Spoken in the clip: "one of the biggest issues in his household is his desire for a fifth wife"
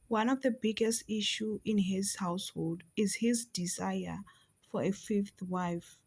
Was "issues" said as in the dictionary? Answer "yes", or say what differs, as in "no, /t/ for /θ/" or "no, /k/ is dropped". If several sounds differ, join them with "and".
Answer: no, /z/ is dropped